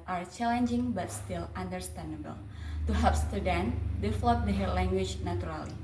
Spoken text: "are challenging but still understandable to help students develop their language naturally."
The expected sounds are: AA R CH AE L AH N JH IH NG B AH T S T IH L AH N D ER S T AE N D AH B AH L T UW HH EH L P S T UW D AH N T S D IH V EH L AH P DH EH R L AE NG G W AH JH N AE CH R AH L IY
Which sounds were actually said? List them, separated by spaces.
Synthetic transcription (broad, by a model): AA R CH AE L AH N JH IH NG B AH T S T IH L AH N D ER S T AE N D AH B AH L T UW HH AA P S T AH D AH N D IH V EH L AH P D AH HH L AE NG G W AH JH N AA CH R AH L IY